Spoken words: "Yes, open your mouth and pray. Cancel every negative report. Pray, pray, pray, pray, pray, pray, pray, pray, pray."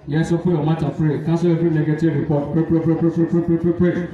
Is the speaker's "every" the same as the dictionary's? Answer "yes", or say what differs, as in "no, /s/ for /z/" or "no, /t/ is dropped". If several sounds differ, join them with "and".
no, /f/ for /v/